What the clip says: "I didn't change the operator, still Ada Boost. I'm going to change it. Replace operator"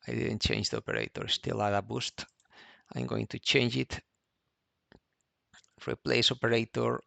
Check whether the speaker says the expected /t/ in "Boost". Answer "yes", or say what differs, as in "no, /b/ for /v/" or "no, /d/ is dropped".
yes